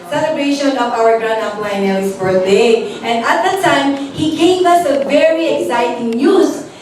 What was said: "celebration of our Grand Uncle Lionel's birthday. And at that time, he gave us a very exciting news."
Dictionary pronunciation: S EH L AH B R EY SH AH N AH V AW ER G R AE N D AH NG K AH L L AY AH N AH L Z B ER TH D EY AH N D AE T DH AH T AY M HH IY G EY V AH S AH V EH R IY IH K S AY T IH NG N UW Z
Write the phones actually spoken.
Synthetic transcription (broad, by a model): S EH L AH B R EY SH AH N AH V AW ER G R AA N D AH K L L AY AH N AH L S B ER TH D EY AH N D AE T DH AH T AY M HH IY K EY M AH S AH V EH R IY IH K S AY T IH NG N UW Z